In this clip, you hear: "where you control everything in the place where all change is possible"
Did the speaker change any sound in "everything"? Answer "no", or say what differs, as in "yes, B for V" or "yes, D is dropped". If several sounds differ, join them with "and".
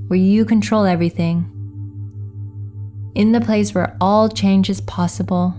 no